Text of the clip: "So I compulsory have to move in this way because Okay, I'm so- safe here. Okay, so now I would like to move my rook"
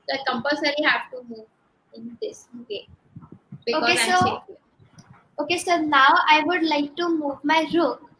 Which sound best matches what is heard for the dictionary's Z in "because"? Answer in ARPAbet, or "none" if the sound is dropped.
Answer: none